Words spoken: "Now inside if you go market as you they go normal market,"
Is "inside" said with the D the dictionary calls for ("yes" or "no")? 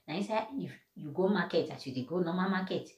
no